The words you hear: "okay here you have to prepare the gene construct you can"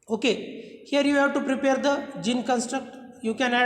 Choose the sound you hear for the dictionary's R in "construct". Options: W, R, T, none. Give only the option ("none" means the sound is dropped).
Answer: R